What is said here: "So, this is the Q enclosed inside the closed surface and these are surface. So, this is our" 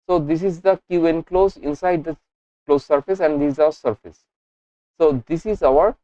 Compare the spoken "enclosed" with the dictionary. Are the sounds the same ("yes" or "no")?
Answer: no